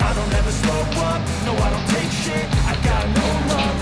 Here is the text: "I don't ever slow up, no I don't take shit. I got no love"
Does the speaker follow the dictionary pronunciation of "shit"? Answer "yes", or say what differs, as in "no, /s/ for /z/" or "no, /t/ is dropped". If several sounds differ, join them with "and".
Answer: no, /t/ is dropped